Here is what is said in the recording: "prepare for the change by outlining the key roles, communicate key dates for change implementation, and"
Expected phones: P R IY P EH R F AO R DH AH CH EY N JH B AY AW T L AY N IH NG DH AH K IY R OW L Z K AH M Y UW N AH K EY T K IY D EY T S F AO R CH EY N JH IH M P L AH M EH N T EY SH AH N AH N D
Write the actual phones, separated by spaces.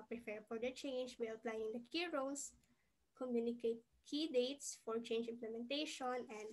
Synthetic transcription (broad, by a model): P R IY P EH R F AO R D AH CH EY N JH B AY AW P L AY IH NG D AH K IY R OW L S K AH M Y UW N AH K EY T K IY D EY T S F AO R CH EY N JH IH M P L AH M EH N T EY SH AH N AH N D